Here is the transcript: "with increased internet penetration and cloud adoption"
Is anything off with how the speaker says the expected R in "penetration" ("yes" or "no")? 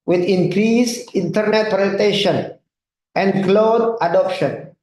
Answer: yes